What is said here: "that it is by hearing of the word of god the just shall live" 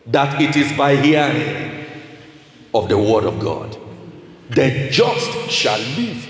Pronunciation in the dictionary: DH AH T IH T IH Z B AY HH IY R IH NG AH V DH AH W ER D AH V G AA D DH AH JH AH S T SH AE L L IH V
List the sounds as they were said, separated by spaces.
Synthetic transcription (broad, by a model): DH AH T IH T IH Z B AY HH IY R IH NG AH V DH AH W ER D AH V G AA D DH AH JH AH S T SH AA L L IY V